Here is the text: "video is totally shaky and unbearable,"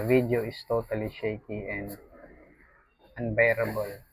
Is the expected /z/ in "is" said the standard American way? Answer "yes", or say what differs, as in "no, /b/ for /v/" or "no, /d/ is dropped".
no, /s/ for /z/